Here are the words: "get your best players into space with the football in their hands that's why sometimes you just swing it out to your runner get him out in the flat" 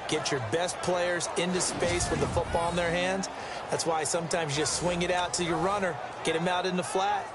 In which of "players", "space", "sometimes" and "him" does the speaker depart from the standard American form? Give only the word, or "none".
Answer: none